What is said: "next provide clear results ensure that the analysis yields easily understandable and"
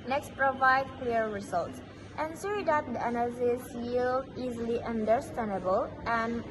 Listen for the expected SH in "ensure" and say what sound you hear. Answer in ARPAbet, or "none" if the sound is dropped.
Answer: S